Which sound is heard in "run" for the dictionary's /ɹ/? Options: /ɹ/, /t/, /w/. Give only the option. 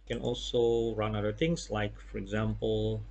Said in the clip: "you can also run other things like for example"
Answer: /ɹ/